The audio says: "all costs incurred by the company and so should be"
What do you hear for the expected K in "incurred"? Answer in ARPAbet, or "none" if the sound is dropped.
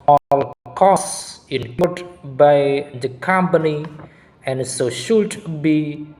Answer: none